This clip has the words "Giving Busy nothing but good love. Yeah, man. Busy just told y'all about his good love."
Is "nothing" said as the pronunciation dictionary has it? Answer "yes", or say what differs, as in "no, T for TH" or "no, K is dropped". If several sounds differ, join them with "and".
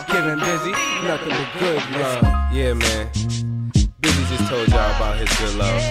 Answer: no, T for TH